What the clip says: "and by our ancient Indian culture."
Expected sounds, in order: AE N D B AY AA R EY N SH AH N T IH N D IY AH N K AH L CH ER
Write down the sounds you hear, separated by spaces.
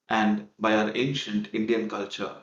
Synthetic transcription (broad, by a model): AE N D B AY AA R EY N SH AH N T IH N D IY AH N K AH L CH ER